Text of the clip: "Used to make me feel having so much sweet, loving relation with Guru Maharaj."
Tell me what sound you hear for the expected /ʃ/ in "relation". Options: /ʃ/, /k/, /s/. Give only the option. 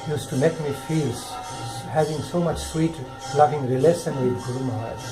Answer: /s/